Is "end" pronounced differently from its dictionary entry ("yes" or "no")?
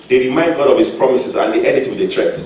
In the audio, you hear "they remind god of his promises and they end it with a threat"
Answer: yes